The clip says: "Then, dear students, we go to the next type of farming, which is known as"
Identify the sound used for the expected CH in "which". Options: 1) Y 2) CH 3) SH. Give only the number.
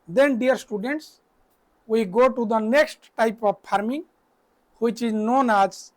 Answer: 2